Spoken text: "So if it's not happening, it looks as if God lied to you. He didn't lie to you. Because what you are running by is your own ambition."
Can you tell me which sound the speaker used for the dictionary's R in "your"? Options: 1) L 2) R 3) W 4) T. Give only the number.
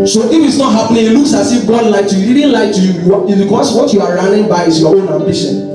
3